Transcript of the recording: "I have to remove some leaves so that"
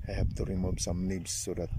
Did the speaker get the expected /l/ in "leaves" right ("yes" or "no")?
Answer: no